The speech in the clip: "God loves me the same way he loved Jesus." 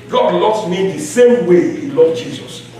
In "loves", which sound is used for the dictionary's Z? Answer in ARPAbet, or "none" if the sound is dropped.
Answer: S